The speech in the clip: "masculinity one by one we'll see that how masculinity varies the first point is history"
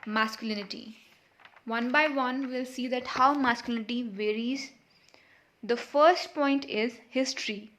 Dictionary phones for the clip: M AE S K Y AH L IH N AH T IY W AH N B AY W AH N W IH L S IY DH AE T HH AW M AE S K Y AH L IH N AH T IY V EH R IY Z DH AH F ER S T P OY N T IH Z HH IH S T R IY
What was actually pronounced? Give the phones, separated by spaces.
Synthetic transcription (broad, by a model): M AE S K Y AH L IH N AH T IY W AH N B AY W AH N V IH L S IY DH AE T HH AW M AE S K Y AH L IH N AH T IY V EH R IY Z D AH F ER S T P OY N T IH Z HH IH S T R IY